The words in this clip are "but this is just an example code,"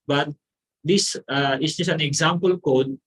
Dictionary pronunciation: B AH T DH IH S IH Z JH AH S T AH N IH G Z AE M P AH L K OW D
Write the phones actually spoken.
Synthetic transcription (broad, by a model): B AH T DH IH S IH S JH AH S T AH N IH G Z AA M P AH L K OW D